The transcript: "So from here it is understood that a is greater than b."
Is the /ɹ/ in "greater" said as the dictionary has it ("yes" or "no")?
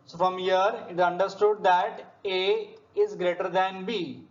yes